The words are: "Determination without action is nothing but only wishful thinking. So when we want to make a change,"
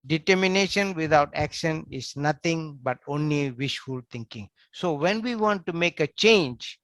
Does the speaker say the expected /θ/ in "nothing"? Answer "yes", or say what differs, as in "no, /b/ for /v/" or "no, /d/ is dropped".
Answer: no, /t/ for /θ/